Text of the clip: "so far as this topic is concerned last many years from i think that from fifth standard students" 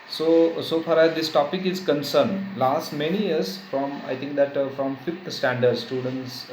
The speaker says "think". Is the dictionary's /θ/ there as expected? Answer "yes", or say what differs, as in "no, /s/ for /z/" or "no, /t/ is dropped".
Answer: no, /t/ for /θ/